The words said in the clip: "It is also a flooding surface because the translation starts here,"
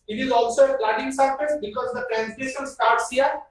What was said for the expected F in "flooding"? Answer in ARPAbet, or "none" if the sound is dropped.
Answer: P